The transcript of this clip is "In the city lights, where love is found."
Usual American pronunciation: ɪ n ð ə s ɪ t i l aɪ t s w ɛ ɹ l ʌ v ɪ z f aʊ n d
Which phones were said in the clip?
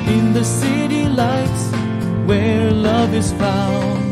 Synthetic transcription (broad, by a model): ɪ n ð ə s ɪ t i l aɪ t s w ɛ ɹ l ʌ v ɪ z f aʊ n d